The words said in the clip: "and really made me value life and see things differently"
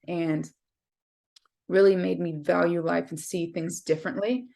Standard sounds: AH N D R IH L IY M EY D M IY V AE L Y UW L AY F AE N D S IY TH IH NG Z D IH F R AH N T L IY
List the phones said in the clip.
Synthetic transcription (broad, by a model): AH N R IH L IY M EY D M IY V AE L Y UW L AY F N S IY TH IH NG Z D IH F R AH N T L IY